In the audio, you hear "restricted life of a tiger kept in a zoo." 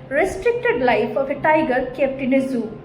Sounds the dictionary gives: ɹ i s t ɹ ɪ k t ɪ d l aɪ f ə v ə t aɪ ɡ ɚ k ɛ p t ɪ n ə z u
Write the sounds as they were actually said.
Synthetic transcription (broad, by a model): ɹ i s t ɹ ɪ k t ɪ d l aɪ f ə p ə t aɪ ɡ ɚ k ɛ p t ɪ n ə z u